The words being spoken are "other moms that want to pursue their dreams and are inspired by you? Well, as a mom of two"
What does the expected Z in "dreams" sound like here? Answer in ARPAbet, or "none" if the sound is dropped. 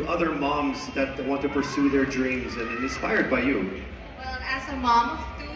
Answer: Z